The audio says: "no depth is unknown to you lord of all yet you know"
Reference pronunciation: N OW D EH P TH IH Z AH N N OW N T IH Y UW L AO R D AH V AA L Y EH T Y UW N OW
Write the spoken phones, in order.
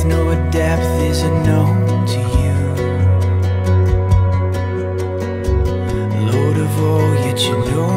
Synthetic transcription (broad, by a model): N OW D EH P TH IH Z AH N N OW N T IH Y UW L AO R D AH V AA L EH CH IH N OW